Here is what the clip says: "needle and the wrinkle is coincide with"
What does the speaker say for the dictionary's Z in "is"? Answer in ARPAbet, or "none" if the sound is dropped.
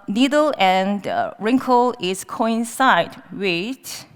S